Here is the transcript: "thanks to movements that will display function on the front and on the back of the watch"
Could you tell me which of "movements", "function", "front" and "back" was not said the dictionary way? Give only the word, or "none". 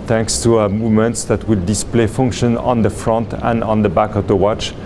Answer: none